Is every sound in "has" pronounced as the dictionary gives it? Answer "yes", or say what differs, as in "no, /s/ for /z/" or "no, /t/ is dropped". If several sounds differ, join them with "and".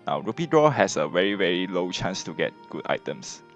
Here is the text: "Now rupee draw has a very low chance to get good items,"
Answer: no, /s/ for /z/